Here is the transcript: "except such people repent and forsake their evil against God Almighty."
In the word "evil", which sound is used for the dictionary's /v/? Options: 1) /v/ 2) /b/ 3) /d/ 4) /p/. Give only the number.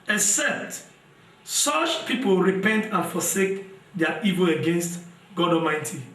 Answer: 1